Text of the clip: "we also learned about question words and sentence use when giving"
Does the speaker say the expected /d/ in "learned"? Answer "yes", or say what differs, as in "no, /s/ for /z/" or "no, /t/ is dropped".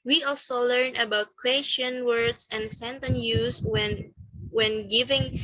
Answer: no, /d/ is dropped